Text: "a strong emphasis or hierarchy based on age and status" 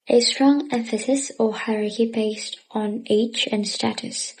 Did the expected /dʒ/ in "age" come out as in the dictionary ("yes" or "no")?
no